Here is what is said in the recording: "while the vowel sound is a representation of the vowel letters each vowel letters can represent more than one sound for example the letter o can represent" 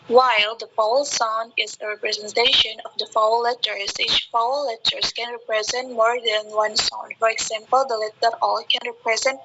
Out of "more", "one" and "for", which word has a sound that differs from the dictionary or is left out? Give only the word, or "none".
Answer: none